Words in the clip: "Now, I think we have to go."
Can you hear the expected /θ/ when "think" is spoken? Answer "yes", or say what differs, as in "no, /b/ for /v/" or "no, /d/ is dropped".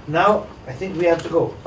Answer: yes